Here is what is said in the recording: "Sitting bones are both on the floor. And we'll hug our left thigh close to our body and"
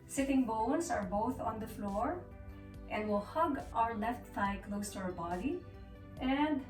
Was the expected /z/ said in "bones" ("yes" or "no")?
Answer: no